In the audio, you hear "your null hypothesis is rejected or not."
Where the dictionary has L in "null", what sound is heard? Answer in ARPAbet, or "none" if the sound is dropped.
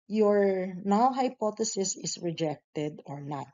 W